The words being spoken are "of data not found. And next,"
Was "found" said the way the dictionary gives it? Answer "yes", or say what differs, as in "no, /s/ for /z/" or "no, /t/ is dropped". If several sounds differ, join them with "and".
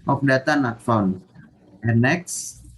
no, /d/ is dropped